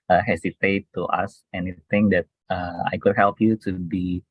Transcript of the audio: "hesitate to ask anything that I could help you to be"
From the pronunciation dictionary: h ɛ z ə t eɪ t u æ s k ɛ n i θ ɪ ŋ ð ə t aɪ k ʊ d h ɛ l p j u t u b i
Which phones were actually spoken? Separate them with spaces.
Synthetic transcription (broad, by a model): h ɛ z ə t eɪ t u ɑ s ɛ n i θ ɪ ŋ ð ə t aɪ k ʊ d h ɛ l p j u t u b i